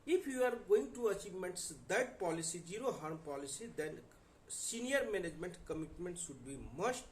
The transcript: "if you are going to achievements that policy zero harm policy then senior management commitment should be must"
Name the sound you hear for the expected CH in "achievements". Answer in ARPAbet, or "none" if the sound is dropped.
CH